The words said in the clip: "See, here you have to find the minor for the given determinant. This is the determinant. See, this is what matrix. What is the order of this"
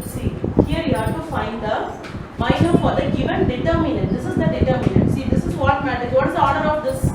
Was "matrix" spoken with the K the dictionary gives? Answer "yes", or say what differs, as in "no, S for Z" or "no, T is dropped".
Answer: no, K is dropped